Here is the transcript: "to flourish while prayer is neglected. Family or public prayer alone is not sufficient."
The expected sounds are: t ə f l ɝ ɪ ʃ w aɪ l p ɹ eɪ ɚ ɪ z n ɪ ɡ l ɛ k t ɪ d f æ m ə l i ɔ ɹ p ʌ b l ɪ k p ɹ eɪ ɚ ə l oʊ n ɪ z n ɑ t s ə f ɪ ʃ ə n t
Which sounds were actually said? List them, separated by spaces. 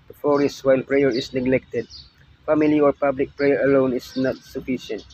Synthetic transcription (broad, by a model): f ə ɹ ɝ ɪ s w aɪ l p ɹ eɪ ɚ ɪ s n ɪ ɡ l ɛ k t ɪ d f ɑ m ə l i ɔ ɹ p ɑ b l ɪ k p ɹ eɪ ɚ ə l oʊ n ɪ s n ɑ t s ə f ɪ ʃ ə n t